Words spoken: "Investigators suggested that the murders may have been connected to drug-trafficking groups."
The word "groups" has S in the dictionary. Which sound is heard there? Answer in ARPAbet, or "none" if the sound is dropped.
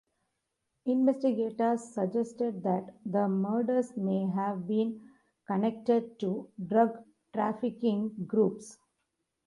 S